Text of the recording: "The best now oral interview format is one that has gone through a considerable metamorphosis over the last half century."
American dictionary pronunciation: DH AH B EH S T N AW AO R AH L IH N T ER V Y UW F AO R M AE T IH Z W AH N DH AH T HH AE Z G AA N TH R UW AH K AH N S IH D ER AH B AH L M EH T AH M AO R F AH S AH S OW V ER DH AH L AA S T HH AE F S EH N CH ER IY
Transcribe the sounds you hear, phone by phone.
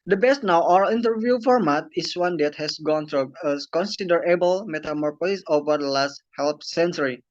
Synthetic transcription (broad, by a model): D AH B EH S T N AW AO AH N T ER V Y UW F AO R M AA T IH S W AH N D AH T HH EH S G AA N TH R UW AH K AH N S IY D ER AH B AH L M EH T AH M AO R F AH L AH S OW V ER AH L AA S T HH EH P S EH N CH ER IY